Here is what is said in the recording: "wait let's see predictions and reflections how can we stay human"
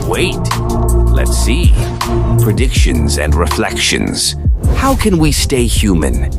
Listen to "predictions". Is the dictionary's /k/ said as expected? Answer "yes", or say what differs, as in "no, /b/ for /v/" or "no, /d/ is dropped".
yes